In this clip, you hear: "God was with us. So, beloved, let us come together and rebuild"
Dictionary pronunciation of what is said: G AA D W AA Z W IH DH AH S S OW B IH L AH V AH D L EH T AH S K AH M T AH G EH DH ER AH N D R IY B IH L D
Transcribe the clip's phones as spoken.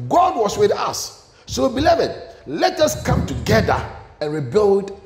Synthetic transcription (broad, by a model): G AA D W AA S W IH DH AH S S OW B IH L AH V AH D L EH T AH S K AH M T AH G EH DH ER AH N R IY B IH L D